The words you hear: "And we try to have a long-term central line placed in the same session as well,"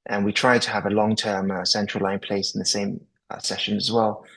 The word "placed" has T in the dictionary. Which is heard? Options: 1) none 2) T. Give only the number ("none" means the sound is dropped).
1